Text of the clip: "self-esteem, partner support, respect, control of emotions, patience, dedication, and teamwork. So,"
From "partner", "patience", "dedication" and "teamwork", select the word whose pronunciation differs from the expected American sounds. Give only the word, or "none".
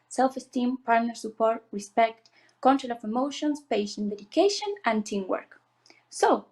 patience